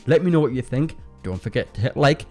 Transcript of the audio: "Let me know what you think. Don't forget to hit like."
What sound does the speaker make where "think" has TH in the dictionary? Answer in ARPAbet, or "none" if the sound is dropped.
TH